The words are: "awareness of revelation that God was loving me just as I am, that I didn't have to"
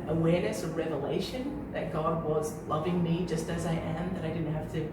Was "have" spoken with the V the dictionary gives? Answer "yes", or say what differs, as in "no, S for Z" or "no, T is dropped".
no, F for V